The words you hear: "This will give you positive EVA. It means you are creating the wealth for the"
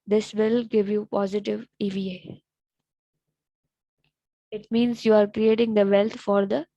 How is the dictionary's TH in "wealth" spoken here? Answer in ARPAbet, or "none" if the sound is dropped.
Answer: T